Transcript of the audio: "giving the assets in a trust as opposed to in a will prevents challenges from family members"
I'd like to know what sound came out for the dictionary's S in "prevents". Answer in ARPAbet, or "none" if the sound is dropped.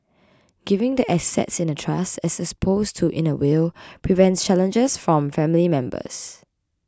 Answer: S